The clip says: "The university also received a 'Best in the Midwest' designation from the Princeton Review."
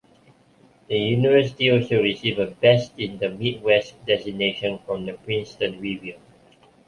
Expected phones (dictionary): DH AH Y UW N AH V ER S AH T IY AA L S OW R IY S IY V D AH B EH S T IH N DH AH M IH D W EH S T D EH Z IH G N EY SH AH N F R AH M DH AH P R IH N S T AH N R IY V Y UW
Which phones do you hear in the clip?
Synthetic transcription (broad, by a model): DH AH Y UW N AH V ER S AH T IY AA L S OW R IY S IY V AH B EH S T IH N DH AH M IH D W EH S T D EH S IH N EY SH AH N F R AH M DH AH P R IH N S T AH N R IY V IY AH